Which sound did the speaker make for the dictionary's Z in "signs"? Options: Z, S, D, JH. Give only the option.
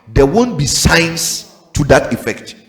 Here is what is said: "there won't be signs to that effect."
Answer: S